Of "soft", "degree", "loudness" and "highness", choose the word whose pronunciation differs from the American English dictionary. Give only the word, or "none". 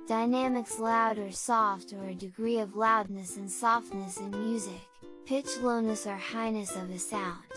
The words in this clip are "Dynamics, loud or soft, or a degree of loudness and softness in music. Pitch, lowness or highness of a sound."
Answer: none